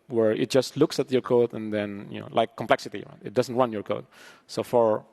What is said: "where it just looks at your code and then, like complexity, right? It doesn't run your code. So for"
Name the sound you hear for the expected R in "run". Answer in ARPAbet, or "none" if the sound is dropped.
W